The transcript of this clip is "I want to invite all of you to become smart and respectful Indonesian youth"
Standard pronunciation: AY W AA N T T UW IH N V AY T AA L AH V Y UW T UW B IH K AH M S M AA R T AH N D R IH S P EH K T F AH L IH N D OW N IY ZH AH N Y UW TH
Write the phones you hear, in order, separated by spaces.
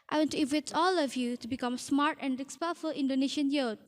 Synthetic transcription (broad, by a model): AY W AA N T T UW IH V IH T AA L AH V Y UW T UW B IH K AH M S M AA R T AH N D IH S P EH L F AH L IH N D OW N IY SH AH N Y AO